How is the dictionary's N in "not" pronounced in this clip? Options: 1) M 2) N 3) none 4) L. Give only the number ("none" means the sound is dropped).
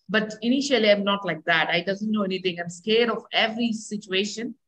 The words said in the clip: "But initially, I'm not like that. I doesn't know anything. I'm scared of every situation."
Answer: 2